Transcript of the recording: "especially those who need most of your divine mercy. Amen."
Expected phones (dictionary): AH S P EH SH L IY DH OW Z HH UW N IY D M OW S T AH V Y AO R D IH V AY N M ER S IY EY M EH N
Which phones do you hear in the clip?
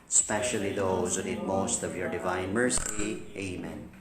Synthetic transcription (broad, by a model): S P EH SH L IY DH OW Z HH UW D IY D M OW S T AH V Y AO R D IH V AY N M ER S IY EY M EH N